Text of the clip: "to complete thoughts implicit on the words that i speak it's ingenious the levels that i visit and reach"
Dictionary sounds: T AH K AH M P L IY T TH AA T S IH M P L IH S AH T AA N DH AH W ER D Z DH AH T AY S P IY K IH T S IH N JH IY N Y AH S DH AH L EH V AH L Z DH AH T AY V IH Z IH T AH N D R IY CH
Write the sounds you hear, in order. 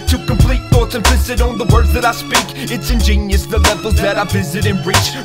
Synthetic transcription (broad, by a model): T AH K AH M P L IY T TH AA T S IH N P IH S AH T N DH AH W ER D DH AH T AY S P IY K IH T S IH N JH IY N Y AH S DH AH L EH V L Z DH AH T AY V IH Z IH T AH N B R IY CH